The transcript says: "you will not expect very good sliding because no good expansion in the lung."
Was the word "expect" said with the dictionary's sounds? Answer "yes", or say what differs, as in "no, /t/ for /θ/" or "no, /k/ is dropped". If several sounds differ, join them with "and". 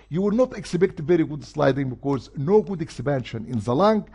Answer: no, /b/ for /p/